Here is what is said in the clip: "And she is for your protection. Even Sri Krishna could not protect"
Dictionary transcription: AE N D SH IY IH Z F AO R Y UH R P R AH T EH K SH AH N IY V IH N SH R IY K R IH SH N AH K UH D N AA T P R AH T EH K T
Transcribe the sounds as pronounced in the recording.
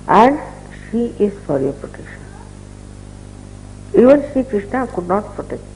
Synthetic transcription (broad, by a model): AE N D SH IY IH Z F AO R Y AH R P R AH T EH K SH AH N IY V IH N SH IY K R IH SH N AH K UH D N AA T P R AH T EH K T